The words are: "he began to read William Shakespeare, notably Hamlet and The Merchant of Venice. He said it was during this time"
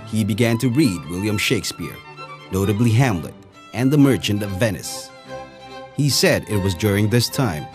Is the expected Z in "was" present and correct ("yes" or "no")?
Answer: yes